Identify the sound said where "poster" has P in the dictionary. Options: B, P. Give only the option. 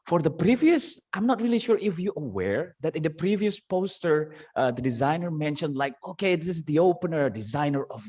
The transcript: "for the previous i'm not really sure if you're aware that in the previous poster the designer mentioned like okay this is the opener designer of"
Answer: P